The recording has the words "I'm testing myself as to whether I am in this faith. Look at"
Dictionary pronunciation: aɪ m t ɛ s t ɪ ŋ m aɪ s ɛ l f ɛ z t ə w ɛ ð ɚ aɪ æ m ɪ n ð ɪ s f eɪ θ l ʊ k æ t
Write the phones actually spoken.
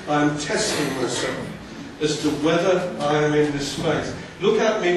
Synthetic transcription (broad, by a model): aɪ m t ɛ s t ɪ ŋ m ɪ s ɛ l ɪ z t ə w ɛ ð ɚ aɪ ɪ m ɪ n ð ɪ s p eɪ s l ʊ k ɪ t